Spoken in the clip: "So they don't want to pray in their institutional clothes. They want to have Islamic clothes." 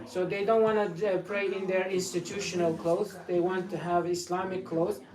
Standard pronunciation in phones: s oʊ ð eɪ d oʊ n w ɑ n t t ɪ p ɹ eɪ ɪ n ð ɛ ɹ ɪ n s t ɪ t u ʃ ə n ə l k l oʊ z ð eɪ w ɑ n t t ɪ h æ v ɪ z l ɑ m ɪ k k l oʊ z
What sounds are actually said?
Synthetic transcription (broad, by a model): s oʊ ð eɪ d oʊ n w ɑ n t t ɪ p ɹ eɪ ɪ n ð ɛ ɹ ɪ n s t ɪ t u ʃ ə n ə l k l oʊ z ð eɪ w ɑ n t t ɪ h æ v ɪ s l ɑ m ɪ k k l oʊ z